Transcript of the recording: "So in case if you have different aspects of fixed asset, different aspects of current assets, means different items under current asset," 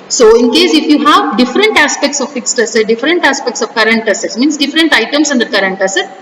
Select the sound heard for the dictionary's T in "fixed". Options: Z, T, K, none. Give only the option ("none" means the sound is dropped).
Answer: T